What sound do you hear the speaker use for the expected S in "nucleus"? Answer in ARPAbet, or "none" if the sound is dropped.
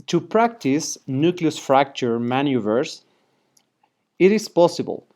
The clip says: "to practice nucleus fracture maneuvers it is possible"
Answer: S